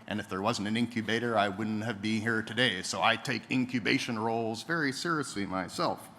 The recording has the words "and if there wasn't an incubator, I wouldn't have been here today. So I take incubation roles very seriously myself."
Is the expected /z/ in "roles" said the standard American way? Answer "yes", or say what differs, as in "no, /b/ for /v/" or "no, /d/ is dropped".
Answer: yes